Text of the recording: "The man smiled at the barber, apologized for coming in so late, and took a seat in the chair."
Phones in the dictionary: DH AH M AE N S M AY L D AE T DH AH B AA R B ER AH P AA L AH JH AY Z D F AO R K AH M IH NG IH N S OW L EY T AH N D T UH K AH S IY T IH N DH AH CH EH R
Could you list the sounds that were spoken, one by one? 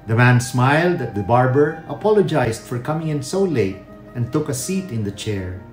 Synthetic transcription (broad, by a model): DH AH M AE N S M AY L D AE T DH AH B AA R B ER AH P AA L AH JH AY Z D F AO R K AH M IH NG IH N S OW L EY T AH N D T UH K AH S IY T IH N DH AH CH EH R